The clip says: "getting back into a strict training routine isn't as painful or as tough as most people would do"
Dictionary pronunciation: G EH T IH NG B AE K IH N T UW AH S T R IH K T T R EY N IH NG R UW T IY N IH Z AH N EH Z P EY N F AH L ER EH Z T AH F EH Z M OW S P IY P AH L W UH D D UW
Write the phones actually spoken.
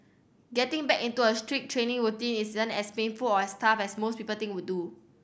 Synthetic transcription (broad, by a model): G EH T IH NG B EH K IH N T UW AH S T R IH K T T R EY N IH NG R UW T IY N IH S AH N EH S P EY N F AH L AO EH S T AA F EH S M OW S P IY P AH L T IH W D UW